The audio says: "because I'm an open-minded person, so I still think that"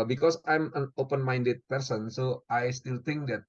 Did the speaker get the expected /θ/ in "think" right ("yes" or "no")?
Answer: no